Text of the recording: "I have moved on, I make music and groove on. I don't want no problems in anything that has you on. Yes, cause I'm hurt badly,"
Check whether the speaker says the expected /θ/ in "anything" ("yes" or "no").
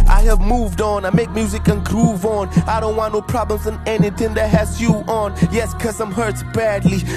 yes